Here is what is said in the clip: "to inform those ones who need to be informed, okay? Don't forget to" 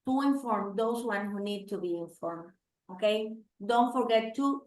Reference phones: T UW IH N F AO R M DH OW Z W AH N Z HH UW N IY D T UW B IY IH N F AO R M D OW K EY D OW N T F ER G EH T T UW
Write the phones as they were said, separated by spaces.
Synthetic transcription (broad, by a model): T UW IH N F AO R M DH OW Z W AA N HH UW N IY D T UW B IY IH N F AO R M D OW K EY D OW N T F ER G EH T T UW